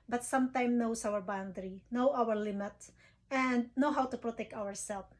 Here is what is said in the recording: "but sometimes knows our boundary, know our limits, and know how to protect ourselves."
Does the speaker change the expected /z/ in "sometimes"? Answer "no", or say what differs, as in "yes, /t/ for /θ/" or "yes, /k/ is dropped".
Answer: yes, /z/ is dropped